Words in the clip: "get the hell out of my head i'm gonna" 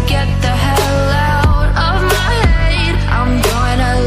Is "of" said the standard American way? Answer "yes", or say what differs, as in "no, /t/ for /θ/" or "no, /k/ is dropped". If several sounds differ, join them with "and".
yes